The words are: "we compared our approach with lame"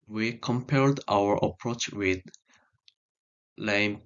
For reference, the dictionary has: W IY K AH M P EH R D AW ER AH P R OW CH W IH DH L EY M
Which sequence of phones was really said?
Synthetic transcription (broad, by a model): W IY K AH M P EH L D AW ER AH P R OW CH W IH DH L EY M